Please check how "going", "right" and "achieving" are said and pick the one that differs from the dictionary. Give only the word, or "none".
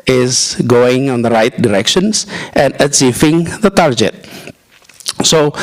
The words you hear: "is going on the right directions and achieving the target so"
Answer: achieving